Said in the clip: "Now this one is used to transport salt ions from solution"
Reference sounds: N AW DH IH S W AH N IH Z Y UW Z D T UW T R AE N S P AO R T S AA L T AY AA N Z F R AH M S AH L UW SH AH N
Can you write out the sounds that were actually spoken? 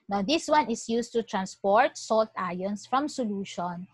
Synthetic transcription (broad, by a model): N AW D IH S W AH N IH S Y UW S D T UW T R AE N S P AO R T S AA L T AY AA N S F R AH M S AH L UW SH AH N